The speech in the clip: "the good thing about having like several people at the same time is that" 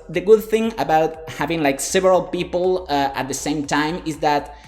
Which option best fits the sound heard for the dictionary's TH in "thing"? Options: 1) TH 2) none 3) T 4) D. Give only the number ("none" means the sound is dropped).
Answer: 1